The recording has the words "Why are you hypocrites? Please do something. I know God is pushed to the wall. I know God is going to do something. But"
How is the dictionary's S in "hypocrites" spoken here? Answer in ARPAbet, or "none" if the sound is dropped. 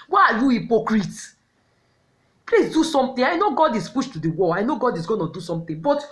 none